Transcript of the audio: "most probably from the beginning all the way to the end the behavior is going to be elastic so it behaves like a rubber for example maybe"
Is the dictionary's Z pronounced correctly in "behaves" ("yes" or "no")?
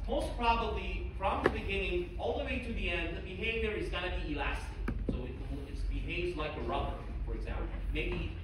yes